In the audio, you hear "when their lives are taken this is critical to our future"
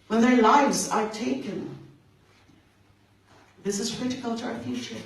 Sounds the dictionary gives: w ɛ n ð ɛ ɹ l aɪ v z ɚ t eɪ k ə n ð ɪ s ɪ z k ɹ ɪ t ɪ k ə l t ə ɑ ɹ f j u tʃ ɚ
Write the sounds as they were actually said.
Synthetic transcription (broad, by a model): w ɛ n ð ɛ ɹ l aɪ v z ɚ t eɪ k ə n ð ɪ s ɪ z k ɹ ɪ t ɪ k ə l t ə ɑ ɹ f j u tʃ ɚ